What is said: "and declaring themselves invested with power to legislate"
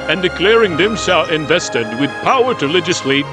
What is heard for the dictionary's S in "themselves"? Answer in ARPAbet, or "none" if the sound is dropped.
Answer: SH